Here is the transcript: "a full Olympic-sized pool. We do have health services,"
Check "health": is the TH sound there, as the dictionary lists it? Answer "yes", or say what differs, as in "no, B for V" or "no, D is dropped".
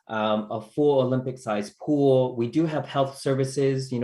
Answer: yes